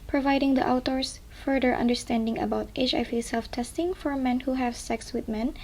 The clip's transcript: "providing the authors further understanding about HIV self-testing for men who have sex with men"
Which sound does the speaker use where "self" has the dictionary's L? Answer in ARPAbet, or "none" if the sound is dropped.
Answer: L